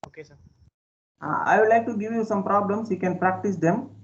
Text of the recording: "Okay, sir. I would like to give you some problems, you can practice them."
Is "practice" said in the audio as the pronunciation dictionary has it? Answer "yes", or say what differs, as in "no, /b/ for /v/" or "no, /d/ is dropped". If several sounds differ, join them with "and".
yes